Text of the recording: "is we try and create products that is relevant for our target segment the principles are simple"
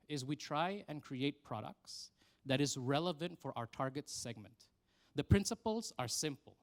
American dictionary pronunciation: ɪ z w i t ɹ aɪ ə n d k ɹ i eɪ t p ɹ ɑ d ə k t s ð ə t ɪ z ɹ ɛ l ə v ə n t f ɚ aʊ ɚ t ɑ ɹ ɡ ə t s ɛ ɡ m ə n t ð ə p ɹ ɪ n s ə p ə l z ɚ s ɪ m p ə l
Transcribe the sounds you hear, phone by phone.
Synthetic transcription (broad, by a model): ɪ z w i t ɹ aɪ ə n k ɹ i eɪ t p ɹ ɑ d ə k t s ð ə t ɪ z ɹ ɛ l ə v ə n t f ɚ aʊ ɚ t ɑ ɹ ɡ ə t s ɛ ɡ m ə n t ð ə p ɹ ɪ n s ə p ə l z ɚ s ɪ m p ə l